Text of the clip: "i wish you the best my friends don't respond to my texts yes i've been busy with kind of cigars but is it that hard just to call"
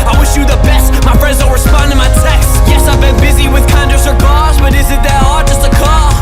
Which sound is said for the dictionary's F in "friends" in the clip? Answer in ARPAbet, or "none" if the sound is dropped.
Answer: P